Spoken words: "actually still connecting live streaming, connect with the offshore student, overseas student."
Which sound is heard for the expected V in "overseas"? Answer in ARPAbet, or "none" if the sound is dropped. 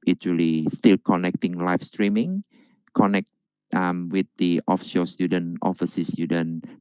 F